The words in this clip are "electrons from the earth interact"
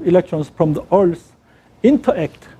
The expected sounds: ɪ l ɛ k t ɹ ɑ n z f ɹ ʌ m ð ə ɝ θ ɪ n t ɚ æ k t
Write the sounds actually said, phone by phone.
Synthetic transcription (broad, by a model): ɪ l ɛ k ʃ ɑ n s f ɹ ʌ m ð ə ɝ s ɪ n t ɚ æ k t